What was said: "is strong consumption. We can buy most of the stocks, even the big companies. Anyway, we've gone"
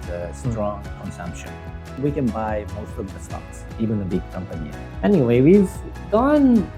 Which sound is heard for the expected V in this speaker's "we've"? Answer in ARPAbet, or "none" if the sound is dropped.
V